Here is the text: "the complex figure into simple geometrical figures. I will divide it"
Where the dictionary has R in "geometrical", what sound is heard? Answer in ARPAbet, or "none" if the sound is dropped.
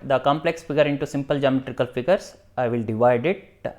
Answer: R